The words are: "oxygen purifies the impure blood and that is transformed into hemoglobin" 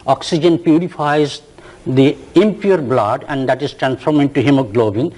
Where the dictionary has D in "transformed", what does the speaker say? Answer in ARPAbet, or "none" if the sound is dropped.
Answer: none